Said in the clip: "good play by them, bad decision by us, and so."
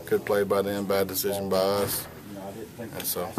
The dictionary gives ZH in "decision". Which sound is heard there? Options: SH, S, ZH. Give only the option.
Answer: ZH